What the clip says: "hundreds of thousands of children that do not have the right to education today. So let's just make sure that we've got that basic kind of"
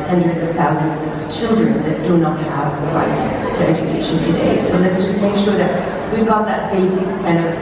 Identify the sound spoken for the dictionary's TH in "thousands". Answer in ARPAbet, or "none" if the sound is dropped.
TH